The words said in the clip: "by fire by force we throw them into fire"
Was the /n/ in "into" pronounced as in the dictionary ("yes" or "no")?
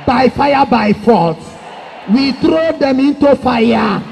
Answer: yes